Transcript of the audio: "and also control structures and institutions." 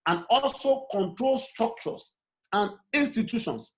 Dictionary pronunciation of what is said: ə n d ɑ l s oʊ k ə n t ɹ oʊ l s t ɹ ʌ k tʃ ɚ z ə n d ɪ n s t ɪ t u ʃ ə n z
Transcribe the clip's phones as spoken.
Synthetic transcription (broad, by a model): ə n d ɑ l s oʊ k ə n t ɹ oʊ l s t ɹ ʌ k tʃ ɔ s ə n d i n s t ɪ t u ʃ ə n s